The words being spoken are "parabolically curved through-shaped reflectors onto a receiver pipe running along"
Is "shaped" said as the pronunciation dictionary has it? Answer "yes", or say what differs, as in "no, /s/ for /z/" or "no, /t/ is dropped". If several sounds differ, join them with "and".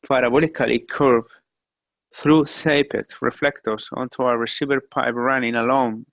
no, /s/ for /ʃ/